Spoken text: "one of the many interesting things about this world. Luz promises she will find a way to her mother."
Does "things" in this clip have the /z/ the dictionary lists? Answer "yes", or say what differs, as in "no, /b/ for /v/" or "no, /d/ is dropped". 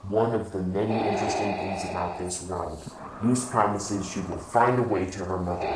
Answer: yes